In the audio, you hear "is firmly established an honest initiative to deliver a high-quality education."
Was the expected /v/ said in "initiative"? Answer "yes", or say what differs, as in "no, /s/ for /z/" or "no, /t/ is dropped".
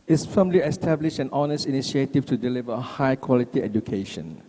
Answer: no, /f/ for /v/